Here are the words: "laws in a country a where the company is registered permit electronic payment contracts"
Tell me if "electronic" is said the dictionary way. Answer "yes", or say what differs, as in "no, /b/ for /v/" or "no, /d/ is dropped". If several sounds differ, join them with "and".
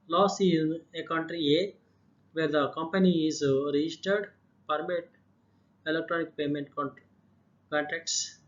yes